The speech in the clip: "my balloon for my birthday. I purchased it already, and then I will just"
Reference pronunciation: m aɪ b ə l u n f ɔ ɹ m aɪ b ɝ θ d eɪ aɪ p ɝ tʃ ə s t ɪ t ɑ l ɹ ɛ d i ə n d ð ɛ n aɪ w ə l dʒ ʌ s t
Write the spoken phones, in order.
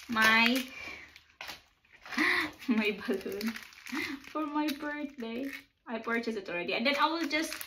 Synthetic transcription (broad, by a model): m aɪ b ə l u n f ɔ ɹ m aɪ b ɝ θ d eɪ aɪ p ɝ tʃ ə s ɪ t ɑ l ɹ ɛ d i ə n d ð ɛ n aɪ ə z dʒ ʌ s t